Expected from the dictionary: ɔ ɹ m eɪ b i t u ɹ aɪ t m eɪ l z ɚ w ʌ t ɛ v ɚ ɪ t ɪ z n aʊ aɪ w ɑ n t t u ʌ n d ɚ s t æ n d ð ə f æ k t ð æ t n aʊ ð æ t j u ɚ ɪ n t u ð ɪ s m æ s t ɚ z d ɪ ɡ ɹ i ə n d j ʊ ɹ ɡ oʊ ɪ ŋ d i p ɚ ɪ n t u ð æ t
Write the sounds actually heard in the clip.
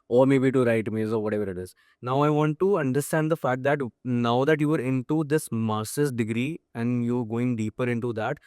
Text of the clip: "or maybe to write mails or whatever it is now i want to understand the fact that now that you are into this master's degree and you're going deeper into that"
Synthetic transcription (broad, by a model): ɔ ɹ m eɪ b i t u ɹ aɪ t m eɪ z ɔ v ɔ t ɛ v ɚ ɪ t ɪ z n aʊ aɪ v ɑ n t t u ʌ n d ɚ s t æ n d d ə f æ k t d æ t n aʊ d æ t j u ɚ ɪ n t u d ɪ s m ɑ s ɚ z d ɪ ɡ ɹ i ə n d j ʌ ɹ ɡ oʊ ɪ ŋ d i p ɚ ɪ n t u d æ t